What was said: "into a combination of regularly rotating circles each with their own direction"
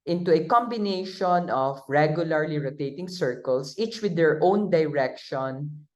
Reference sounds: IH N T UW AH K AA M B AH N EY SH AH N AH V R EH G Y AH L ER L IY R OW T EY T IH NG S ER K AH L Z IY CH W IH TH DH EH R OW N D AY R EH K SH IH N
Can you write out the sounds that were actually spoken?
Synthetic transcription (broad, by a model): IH N T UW AH K AA M B AH N EY SH AH N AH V R EH G Y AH L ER L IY R OW T EY T IH NG S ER K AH L S IY CH W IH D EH R OW N D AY R EH K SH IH N